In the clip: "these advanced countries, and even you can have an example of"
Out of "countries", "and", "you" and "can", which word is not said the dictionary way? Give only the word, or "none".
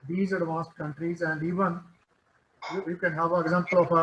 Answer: none